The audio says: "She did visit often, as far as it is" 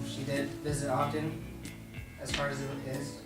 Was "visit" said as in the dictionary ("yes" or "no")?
yes